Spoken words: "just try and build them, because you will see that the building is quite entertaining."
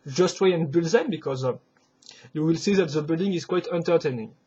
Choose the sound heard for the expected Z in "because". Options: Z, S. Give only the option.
Z